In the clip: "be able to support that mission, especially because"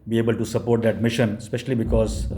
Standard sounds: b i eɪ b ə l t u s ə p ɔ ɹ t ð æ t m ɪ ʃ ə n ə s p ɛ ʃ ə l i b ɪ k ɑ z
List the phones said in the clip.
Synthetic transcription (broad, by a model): b i eɪ b ə l t u s ə p ɔ ɹ t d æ t m ɪ ʃ ə n ə s p ɛ ʃ ə l i b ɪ k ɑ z